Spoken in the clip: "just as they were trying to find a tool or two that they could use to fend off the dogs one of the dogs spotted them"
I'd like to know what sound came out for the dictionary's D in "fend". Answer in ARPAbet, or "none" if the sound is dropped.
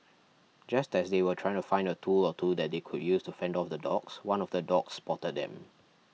D